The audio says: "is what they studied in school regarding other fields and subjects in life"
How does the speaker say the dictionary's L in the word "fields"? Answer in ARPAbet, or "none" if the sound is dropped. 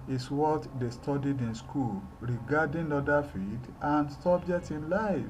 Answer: none